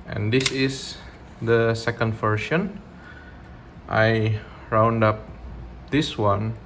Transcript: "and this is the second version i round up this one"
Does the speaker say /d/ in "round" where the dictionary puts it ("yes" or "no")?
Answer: yes